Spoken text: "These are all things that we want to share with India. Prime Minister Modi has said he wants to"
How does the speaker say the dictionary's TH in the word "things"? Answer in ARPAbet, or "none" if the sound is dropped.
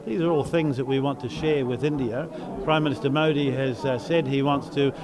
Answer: TH